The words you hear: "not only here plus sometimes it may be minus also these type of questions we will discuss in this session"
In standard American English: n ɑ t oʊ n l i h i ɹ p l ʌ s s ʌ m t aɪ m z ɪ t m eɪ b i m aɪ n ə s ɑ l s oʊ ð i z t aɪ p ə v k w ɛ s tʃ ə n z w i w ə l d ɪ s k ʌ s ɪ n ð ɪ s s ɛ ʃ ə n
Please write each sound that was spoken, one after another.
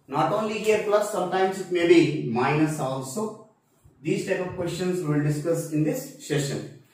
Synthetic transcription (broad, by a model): n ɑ t oʊ n l i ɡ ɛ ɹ p l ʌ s s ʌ m t aɪ m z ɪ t m eɪ b i m aɪ n ə s ɑ l s oʊ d i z t aɪ p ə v k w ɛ s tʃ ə n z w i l d ɪ s k ʌ s ɪ n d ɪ s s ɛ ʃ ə n